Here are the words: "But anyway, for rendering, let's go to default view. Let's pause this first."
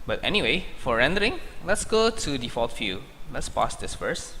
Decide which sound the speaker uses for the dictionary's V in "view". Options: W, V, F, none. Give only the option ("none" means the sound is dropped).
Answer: F